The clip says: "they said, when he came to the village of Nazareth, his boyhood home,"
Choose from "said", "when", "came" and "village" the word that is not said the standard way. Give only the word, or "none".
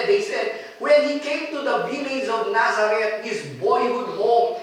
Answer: village